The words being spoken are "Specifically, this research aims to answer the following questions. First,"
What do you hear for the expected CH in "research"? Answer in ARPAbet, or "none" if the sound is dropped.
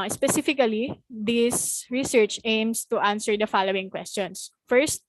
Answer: CH